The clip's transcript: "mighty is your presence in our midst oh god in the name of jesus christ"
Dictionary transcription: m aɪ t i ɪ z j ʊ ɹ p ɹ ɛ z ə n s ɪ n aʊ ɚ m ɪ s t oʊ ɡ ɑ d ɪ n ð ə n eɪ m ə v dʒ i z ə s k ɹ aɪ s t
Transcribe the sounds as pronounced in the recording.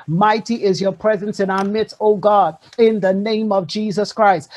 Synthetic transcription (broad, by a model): m aɪ t i ɪ z j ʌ ɹ p ɹ ɛ z ə n s ɪ n aʊ ɚ m ɪ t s oʊ ɡ ɑ d ɪ n ð ə n eɪ m ə v dʒ i z ə s k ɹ aɪ s t